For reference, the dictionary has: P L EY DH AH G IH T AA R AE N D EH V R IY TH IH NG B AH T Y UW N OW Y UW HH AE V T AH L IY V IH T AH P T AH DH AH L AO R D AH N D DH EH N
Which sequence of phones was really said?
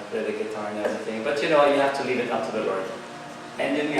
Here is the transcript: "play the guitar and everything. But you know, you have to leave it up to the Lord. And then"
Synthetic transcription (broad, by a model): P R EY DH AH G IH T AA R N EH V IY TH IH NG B AH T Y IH N OW Y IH HH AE F T AH L IY V IH T AH P T AH DH AH L AO R D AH N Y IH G